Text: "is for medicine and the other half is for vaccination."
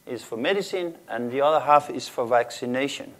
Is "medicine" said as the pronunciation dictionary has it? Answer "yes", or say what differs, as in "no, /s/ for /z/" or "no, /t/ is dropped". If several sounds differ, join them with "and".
yes